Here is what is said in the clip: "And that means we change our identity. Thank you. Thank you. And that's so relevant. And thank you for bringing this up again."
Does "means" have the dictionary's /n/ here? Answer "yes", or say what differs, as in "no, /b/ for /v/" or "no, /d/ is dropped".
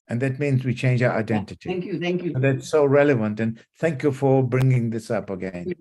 yes